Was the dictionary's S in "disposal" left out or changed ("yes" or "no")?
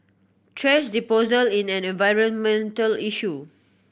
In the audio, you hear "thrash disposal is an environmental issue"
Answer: yes